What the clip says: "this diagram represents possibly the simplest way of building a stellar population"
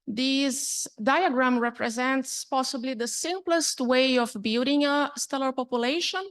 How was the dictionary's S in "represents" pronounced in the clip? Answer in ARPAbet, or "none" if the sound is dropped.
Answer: S